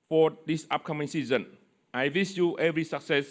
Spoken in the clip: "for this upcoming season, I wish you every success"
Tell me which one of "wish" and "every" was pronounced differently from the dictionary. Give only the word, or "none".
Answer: wish